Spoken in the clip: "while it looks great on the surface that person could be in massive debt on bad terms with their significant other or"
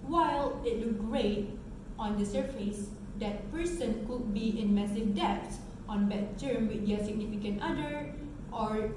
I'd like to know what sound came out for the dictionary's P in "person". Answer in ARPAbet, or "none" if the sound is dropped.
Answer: P